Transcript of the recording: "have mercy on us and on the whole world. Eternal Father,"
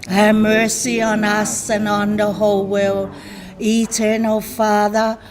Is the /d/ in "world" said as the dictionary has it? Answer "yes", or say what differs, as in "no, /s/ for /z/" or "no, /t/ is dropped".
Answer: no, /d/ is dropped